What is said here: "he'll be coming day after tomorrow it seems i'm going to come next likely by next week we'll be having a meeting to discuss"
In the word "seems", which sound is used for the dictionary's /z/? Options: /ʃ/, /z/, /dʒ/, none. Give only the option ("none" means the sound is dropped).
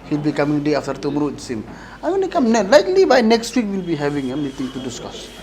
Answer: none